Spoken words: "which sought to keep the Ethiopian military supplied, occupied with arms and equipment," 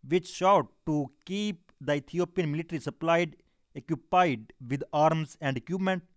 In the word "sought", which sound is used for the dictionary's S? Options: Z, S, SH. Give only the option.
SH